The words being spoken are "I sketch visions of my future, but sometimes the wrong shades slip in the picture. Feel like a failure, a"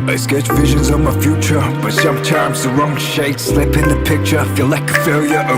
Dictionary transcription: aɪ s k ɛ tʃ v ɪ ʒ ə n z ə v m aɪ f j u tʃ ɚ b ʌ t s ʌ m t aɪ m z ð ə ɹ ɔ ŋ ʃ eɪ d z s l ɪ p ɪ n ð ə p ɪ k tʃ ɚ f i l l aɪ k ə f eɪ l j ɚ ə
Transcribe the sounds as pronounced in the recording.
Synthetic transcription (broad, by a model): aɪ s k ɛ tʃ v ɪ ʒ ə n z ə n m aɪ f j u tʃ ɚ b ʌ t s ʌ m t aɪ m z ð ə ɹ ɔ ŋ ʃ eɪ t s l ɪ p ɪ n ð ə p ɪ k tʃ ɚ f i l l aɪ k ə f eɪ l j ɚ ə